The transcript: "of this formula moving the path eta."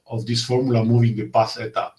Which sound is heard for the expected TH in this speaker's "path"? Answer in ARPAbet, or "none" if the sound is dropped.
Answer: S